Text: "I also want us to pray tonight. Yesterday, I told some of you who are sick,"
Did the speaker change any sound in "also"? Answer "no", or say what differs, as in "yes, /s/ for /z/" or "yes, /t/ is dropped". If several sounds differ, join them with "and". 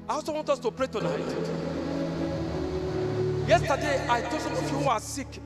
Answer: yes, /l/ is dropped